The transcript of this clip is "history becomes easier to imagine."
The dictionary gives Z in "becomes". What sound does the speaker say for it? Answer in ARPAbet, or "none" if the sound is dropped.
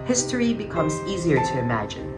Z